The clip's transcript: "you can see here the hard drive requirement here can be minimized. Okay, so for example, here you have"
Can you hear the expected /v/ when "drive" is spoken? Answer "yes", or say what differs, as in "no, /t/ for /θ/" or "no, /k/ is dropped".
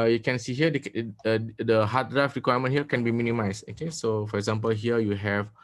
no, /f/ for /v/